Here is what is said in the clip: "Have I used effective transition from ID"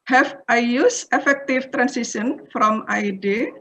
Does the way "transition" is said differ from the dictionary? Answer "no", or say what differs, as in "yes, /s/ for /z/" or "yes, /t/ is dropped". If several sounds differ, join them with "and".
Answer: yes, /s/ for /z/